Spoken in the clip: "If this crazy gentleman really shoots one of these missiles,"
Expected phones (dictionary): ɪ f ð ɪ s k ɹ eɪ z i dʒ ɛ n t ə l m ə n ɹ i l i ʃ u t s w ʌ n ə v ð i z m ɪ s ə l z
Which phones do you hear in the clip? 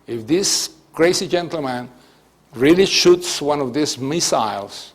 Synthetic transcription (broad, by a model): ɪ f ð ɪ s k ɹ eɪ s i dʒ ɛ n t l m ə n ɹ i l i ʃ u t s w ʌ n ə v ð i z m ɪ s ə l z